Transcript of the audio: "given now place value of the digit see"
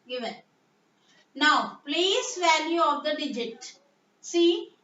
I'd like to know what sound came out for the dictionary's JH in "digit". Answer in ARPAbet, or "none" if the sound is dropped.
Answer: JH